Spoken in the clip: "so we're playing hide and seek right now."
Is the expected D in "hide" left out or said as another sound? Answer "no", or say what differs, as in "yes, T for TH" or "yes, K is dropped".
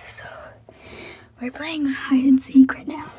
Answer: yes, D is dropped